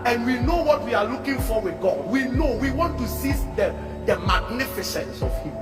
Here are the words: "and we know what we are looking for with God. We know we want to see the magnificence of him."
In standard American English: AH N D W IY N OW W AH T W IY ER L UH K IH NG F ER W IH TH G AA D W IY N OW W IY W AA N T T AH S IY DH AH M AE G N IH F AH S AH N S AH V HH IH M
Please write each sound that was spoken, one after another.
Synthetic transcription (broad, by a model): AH N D W IY N OW W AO T W IY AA L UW K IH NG F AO W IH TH G AA D W IY N OW W IY W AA N T S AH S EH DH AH M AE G N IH F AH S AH N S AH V HH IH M